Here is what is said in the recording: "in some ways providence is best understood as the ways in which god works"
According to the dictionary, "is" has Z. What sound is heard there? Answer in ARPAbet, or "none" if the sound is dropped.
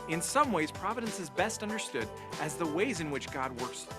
Z